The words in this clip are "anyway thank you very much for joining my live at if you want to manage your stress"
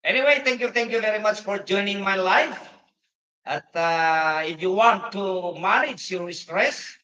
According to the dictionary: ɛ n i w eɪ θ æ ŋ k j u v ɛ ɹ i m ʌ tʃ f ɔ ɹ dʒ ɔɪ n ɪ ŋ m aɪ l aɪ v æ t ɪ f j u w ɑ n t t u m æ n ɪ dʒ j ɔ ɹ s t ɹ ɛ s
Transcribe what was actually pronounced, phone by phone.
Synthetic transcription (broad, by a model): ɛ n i w eɪ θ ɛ ŋ k j u v ɛ ɹ i m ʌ tʃ f ɔ ɹ dʒ ɔɪ n ɪ ŋ m aɪ l aɪ f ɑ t ɪ f j u w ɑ n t t u m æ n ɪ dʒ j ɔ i s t ɹ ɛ s